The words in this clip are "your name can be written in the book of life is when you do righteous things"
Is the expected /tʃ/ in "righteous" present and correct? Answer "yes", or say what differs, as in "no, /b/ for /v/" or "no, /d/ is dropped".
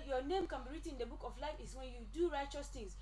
yes